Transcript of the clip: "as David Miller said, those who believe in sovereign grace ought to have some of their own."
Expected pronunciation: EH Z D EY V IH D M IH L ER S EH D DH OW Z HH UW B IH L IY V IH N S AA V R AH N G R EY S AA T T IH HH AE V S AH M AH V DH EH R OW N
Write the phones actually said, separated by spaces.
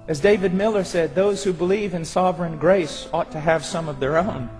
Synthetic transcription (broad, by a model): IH Z D EY V IH D M IH L ER S EH D DH OW Z HH UW B IH L IY V IH N S AA V R AH N G R EY S AA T T IH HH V S AH M AH V DH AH R OW N